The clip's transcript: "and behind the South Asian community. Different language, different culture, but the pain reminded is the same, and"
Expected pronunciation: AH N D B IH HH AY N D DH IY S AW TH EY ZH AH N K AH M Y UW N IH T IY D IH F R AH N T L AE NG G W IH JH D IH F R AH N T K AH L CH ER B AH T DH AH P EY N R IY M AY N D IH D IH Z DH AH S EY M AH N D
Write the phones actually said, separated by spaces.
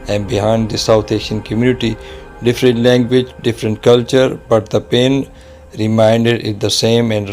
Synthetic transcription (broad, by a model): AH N D B IH HH AY N D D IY S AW T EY SH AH N K AH M Y UW N IH T IY D IH F R AH N T L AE NG G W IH JH D IH F R AH N T K AH L CH ER B AH T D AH P EY N R IY M AY N D IH D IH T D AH S EY M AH N D